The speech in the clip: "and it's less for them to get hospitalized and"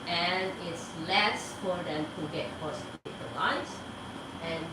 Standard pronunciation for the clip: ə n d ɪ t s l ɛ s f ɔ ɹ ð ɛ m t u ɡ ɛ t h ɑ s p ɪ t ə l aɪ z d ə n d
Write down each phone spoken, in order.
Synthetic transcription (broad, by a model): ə n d ɪ t s l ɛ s f ɔ ɹ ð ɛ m t u ɡ ɛ t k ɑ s ɪ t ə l aɪ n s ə n